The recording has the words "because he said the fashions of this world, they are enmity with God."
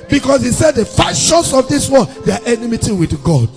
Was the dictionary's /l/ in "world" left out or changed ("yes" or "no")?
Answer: yes